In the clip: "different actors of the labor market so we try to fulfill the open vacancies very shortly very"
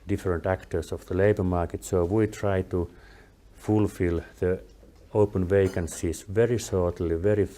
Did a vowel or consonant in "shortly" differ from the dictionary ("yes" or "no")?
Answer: yes